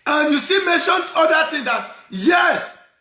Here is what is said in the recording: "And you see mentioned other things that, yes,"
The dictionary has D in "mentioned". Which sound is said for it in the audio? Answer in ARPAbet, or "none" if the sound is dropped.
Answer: none